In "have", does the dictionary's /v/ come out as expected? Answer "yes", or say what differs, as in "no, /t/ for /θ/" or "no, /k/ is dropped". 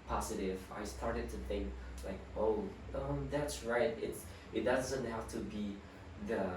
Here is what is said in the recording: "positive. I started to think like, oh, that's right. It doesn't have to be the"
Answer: no, /f/ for /v/